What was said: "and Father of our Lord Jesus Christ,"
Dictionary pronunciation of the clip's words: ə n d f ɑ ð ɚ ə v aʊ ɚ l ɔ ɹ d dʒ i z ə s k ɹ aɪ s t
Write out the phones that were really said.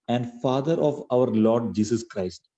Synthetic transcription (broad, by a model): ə n d f ɑ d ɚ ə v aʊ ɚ l ɔ ɹ d dʒ i s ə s k ɹ aɪ s t